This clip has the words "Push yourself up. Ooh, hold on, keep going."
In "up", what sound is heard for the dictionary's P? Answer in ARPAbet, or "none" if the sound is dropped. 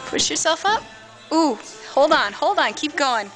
P